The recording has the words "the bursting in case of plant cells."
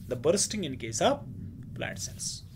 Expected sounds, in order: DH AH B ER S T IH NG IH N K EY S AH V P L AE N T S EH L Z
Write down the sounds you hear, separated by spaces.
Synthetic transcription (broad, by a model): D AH B ER S T IH NG IH N K EY S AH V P L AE T S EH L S